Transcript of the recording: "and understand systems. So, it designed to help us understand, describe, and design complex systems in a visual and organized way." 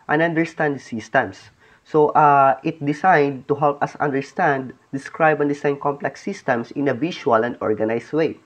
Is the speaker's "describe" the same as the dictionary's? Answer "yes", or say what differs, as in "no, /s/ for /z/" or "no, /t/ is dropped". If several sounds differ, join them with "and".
yes